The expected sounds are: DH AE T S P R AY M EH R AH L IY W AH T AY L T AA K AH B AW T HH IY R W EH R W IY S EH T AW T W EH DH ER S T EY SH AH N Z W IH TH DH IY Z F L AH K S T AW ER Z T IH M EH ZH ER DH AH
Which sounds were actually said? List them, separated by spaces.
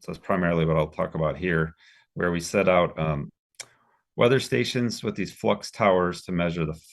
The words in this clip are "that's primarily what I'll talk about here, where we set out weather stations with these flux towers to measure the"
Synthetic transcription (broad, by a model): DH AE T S P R AY M EH R L IY W AH T AY L T AA K AH B AW T HH IY R W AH R W IY S EH T AW T W EH DH ER S T EY SH AH N Z W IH DH IY Z F L AH K S T AW ER Z T IH M EH ZH ER DH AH